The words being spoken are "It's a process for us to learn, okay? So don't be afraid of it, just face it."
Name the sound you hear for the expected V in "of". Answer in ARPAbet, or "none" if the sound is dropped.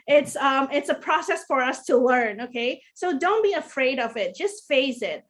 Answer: V